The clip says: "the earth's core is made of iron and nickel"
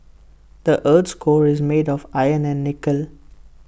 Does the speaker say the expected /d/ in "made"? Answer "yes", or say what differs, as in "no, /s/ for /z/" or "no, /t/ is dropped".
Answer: yes